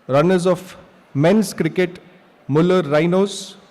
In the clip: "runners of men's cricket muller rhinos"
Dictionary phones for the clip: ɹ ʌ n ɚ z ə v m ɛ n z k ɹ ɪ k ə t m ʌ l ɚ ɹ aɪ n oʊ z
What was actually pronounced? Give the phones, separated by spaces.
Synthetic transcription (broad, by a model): ɹ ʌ n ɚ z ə f m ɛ n s k ɹ ɪ k ə t m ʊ l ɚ ɹ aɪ n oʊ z